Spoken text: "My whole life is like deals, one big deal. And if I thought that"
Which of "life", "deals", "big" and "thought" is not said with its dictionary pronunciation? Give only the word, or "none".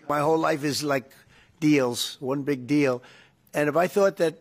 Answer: none